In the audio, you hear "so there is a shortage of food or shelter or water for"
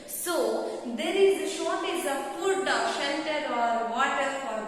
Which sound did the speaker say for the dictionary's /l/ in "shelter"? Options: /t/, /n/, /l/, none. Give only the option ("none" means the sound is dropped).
/n/